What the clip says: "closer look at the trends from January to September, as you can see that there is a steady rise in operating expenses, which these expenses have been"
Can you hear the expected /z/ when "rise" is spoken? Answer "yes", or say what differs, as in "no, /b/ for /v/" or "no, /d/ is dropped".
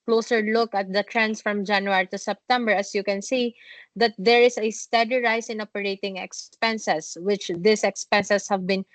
no, /s/ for /z/